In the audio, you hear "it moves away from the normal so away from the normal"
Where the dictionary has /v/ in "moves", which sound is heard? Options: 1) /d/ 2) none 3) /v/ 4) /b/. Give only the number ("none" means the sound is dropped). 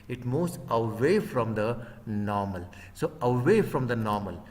2